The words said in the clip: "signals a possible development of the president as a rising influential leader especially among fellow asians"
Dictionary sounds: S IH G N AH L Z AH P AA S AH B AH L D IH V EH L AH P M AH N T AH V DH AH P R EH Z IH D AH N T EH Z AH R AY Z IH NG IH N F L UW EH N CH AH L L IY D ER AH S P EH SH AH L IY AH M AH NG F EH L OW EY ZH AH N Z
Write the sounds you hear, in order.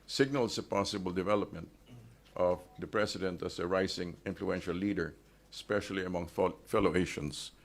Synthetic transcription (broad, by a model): S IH G N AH L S AH P AA S AH B AH L D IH V EH L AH P M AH N T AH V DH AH P R EH S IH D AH N T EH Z AH R AY S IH NG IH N F L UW EH N SH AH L L IY D ER S P EH SH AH L IY AH M AH NG F EH L OW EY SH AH N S